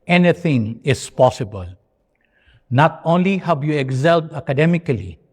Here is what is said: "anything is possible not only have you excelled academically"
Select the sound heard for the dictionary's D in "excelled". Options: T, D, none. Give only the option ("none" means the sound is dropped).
none